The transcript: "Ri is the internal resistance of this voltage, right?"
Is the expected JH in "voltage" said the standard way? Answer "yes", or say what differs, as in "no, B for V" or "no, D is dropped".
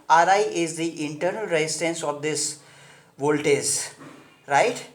no, Z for JH